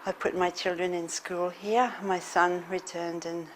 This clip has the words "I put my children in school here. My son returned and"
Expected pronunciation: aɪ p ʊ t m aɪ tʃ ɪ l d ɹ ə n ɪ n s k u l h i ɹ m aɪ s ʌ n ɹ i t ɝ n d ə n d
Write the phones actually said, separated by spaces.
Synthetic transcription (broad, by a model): aɪ p ʊ t m aɪ tʃ ɪ l d ɹ ə n ɪ n s k u l h i ɹ m aɪ s ʌ n ɹ i t ɝ n d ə n